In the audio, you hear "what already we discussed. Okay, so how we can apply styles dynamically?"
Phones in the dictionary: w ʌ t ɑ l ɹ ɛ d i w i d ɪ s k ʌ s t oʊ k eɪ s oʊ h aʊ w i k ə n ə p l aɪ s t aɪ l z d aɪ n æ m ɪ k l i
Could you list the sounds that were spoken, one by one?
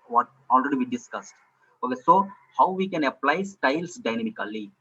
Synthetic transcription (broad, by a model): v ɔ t ɑ l ɹ ɛ d i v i d ɪ s k ʌ s t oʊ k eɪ s oʊ h aʊ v i k ə n ə p l aɪ s t aɪ l s d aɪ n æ m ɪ k l i